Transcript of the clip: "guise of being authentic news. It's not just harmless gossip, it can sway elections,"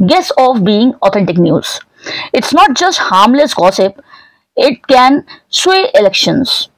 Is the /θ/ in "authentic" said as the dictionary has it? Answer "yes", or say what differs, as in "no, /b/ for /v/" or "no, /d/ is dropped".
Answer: no, /t/ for /θ/